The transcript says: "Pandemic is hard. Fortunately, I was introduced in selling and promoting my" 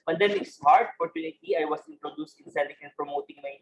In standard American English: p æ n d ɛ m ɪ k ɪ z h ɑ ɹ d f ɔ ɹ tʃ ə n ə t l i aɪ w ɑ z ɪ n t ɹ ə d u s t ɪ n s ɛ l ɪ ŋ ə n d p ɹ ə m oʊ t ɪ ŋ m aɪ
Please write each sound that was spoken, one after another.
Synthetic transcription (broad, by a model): p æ n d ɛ m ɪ k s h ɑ ɹ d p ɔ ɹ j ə n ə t i aɪ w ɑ s ɪ n t ɹ ə d u s t ɪ n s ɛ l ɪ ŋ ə n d p ɹ ə m oʊ t ɪ ŋ m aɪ